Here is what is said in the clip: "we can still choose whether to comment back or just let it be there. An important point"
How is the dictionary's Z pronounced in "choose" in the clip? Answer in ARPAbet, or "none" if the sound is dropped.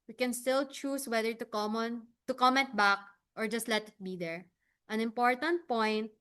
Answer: S